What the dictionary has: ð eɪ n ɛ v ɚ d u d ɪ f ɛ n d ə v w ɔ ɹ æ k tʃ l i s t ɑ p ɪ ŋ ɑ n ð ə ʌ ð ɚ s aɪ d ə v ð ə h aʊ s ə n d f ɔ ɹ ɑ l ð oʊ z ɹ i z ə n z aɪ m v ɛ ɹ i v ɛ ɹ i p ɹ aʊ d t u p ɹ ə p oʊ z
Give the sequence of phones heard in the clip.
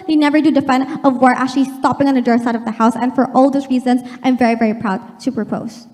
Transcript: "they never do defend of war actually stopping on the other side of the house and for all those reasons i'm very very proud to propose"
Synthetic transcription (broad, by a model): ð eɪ n ɛ v ɚ d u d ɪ f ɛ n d ə v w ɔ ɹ æ k tʃ l i s t ɑ p ɪ ŋ ɑ n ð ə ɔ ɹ s aɪ d ə v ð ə h aʊ s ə n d f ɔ ɹ ɑ l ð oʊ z ɹ i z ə n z aɪ m v ɛ ɹ i v ɛ ɹ i p ɹ aʊ d t u p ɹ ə p oʊ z